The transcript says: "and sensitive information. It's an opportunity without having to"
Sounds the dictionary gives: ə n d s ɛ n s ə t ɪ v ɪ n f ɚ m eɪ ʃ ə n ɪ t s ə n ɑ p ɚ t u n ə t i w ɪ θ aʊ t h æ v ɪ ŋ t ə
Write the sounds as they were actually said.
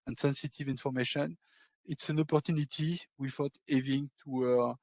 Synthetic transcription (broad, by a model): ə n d s ɛ n s ə t ɪ v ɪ n f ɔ m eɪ ʃ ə n ɪ t s ə n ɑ p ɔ t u n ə t i w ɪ f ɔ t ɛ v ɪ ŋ t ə